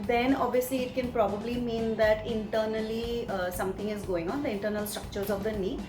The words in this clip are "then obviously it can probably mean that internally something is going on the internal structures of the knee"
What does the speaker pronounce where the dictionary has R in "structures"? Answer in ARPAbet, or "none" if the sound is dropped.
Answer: R